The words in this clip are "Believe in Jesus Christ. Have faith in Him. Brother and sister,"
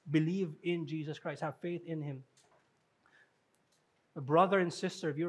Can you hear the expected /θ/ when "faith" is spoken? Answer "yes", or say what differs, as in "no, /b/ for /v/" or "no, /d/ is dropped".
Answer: yes